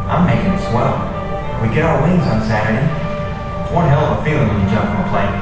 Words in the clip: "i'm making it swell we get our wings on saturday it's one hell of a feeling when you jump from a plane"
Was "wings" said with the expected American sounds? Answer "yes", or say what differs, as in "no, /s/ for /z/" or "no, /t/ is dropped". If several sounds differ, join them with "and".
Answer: yes